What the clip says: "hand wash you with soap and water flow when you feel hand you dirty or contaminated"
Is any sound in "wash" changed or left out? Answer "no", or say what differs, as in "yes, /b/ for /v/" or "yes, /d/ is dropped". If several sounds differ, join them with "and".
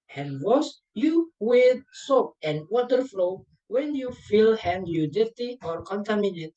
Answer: yes, /s/ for /ʃ/